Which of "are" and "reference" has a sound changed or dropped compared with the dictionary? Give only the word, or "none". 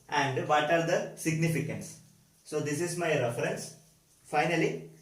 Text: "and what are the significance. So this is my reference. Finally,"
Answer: none